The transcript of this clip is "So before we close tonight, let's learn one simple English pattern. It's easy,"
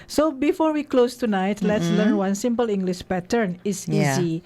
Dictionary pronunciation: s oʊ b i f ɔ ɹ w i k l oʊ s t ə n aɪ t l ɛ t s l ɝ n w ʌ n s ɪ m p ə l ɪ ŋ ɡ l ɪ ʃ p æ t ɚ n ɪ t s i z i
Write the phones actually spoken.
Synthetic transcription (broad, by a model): s oʊ b i f ɔ ɹ w i k l oʊ s t ə n aɪ t l ɛ t s l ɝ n w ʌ n s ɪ m p ə l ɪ ŋ ɡ l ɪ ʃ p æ t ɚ n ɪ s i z i